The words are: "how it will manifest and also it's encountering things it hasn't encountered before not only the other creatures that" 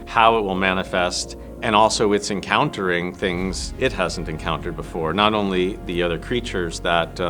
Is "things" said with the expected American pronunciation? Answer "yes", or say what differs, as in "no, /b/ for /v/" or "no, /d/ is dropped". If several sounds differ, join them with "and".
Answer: yes